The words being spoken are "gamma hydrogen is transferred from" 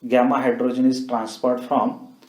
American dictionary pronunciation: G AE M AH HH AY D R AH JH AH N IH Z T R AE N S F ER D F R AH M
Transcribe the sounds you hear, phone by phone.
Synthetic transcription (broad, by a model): G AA M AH HH AY D R AH JH AH N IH S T R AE N S P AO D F R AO M